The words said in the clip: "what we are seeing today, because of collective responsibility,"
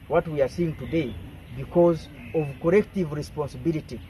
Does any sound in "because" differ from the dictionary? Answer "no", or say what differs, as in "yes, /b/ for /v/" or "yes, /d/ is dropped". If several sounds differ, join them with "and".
no